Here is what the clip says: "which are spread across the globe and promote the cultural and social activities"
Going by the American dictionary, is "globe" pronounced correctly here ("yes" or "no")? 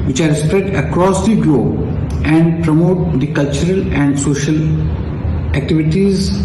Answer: no